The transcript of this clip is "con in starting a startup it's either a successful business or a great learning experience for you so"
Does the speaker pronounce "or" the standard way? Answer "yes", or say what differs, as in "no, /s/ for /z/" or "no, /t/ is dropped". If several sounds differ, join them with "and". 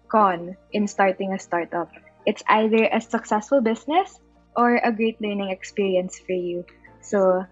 yes